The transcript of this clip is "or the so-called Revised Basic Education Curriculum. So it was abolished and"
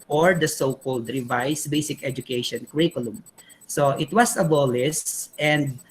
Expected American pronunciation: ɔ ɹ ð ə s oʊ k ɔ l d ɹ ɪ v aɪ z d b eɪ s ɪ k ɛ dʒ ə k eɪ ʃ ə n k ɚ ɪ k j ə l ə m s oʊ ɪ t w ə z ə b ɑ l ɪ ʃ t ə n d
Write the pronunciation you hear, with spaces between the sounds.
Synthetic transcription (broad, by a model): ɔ ɹ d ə s oʊ k ɔ l d ɹ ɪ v aɪ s b eɪ s ɪ k ɛ dʒ ə k eɪ ʃ ə n k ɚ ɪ k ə l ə m s oʊ ɪ t w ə s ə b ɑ l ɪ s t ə n d